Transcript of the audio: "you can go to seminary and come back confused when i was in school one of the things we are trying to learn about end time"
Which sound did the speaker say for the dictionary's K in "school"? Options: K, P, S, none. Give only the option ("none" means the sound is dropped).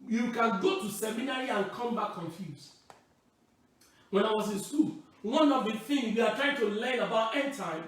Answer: none